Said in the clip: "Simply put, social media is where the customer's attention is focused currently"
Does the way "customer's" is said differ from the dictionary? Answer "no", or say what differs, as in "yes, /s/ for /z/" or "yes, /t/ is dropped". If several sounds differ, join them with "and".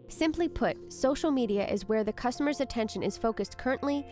no